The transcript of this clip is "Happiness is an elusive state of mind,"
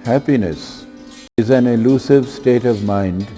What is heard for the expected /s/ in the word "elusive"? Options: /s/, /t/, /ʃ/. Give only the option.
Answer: /s/